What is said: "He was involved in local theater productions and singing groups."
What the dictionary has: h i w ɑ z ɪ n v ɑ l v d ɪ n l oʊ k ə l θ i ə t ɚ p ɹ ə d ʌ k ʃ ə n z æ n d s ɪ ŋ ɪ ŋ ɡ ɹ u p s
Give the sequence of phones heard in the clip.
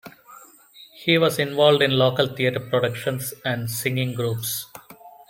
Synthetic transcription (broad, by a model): h i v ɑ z ɪ n v ɑ l v d ɪ n l oʊ k ə l t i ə t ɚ p ɹ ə d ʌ k ʃ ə n s æ n d s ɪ ŋ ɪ ŋ ɡ ɹ u p s